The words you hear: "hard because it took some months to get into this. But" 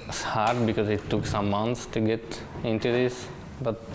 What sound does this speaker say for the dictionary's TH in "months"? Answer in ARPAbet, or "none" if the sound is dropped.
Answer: T